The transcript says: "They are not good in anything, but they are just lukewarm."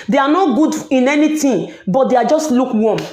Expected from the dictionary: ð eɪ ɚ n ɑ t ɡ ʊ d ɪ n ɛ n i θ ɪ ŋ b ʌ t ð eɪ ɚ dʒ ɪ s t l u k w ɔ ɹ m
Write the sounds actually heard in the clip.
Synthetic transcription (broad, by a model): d eɪ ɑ n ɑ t ɡ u d ɪ n ɛ n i t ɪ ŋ b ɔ t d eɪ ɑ dʒ ɪ s t l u k w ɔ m